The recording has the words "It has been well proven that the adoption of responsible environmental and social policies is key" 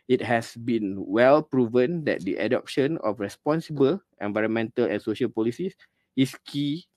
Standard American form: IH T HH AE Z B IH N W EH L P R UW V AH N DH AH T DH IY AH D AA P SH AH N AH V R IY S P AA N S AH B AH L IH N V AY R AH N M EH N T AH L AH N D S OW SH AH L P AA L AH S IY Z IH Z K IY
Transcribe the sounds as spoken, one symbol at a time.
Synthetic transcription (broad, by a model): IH T HH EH S B IH N W EH L P R UW V AH N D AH T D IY AH D AA P SH AH N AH F R IY S P AA N S AH B AH L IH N V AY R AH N M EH N T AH L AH N S OW SH AH L P AA L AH S IY S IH S K IY